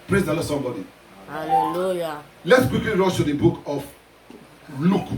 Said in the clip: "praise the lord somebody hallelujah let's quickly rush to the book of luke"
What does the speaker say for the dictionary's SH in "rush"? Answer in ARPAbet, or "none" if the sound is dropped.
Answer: S